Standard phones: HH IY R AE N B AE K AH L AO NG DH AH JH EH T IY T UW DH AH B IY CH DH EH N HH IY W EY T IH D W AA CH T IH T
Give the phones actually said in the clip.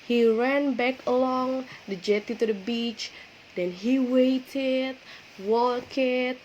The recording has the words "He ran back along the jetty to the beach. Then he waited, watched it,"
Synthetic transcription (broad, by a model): HH IY R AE N B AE K AH L AO NG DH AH JH EH T IY T UW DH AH B IY CH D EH N HH IY W EY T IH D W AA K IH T